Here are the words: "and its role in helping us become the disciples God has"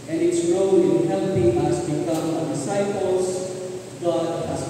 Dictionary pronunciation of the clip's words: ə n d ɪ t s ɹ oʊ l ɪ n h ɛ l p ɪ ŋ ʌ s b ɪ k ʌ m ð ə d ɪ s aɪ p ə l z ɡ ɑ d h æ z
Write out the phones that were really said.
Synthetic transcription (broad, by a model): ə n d ɪ t s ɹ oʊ n ɪ n h ɛ l p ɪ ŋ ʌ s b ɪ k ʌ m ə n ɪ s aɪ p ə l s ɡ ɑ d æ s